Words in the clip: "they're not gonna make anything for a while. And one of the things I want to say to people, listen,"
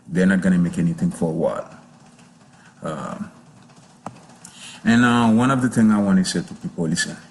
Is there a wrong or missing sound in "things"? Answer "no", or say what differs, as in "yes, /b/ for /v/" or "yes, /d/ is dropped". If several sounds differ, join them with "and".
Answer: yes, /z/ is dropped